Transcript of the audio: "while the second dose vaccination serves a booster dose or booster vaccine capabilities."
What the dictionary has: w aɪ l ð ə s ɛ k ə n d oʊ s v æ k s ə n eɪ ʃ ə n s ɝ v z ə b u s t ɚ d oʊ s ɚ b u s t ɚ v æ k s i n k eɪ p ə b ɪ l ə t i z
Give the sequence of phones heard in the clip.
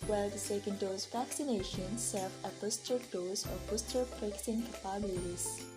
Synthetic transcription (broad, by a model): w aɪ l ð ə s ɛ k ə n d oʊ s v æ k s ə n eɪ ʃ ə n s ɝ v ə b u s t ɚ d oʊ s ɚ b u s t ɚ p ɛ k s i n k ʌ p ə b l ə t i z